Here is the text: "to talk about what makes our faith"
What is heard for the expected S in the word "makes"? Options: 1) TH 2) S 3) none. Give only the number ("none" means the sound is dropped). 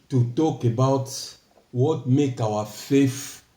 3